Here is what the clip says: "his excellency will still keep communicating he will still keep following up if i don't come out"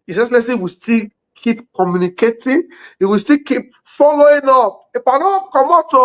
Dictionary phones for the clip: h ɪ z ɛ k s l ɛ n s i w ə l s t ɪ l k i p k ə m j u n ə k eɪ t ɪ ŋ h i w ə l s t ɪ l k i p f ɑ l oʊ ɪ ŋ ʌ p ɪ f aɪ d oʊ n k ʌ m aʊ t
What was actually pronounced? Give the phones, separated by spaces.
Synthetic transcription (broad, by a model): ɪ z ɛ s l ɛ s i w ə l s t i l k i p k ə m j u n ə k eɪ t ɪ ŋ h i w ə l s t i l k i p f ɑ l oʊ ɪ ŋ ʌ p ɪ p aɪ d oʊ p k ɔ m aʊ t